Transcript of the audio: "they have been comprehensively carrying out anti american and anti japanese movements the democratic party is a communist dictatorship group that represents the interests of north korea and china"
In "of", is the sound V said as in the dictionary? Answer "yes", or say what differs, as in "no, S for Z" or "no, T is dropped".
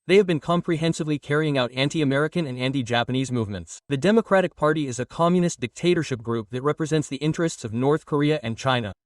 yes